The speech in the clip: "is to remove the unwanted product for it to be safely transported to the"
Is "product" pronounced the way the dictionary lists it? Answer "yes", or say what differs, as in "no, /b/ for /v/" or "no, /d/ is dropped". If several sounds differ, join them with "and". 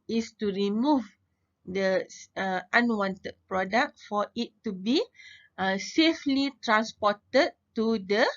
yes